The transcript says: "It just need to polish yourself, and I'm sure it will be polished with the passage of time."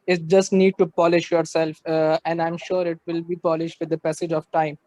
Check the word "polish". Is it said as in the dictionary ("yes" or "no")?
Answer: yes